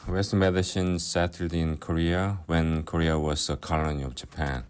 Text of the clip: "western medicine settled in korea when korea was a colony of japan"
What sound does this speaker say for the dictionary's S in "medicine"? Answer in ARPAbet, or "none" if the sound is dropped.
SH